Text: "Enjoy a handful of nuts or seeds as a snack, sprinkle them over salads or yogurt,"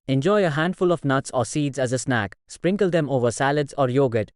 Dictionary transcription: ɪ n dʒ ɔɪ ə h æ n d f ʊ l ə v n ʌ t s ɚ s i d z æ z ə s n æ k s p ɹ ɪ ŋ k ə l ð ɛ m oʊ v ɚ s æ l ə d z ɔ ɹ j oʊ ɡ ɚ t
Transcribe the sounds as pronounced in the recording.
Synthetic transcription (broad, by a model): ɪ n dʒ ɔɪ ə h æ n d f ʊ l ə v n ʌ t s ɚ s i d z æ z ə s n æ k s p ɹ ɪ ŋ k ə l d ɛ m oʊ v ɚ s æ l ə d z ɔ ɹ j oʊ ɡ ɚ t